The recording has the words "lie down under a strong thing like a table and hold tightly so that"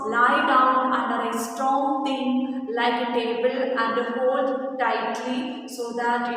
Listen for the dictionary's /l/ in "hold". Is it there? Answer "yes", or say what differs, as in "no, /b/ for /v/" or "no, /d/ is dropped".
no, /l/ is dropped